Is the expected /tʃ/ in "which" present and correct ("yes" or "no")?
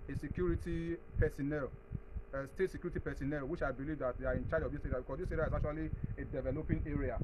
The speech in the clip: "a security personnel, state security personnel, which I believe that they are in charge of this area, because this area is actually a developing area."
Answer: no